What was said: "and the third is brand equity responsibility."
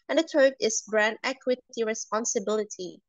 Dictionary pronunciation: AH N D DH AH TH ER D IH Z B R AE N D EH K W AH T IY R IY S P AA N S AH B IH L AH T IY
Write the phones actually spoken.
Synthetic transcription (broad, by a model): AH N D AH T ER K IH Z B R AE N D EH K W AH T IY R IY S P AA N S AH B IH L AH T IY